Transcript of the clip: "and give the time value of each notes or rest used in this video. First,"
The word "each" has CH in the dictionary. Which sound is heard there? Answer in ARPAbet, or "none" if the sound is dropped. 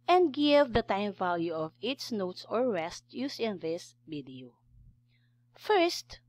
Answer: S